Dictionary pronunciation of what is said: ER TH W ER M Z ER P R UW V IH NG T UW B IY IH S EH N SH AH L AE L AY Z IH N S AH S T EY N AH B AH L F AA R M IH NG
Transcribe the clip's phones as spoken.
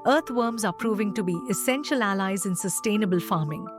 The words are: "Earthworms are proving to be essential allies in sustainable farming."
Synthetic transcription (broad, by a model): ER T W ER M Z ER P R UW V IH NG T UW B IY IH S EH N SH AH L AE L AY Z IH N S AH S T EY N AH B AH L F AA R M IH NG